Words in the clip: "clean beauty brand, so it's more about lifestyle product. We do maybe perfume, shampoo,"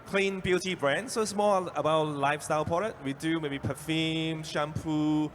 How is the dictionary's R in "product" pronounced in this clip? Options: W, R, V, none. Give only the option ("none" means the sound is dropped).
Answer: none